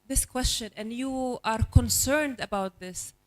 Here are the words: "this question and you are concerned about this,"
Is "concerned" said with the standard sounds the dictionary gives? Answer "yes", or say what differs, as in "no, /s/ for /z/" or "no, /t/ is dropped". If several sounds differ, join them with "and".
yes